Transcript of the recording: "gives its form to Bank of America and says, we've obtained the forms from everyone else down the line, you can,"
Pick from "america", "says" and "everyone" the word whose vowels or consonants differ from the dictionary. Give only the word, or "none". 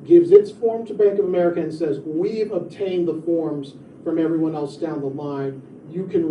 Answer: none